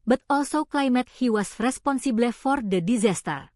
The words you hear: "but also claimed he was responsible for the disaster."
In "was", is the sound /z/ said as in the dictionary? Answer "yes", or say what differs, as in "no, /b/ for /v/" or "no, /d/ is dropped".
no, /s/ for /z/